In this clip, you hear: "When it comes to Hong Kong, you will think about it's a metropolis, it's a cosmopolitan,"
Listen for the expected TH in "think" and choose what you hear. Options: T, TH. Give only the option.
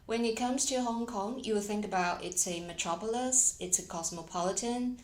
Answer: TH